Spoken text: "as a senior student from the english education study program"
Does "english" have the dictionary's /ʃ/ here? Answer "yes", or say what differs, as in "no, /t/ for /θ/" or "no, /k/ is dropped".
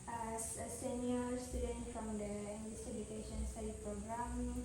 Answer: no, /s/ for /ʃ/